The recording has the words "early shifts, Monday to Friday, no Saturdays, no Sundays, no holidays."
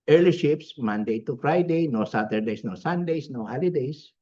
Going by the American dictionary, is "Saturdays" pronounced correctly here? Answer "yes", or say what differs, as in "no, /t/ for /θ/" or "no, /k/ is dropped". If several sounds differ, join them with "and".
no, /s/ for /z/